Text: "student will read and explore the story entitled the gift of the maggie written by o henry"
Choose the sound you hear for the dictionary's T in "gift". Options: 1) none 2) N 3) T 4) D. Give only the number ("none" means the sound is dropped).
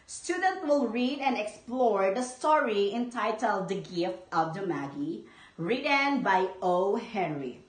3